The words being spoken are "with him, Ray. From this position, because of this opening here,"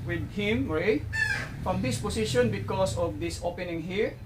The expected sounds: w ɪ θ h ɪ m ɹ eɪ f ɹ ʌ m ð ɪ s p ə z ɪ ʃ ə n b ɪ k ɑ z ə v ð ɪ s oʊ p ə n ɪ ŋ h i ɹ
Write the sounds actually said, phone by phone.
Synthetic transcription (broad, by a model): w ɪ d h ɪ m ɹ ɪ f ɹ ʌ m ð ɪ s p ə s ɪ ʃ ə n b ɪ k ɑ s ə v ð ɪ s oʊ p ə n ɪ ŋ h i ɹ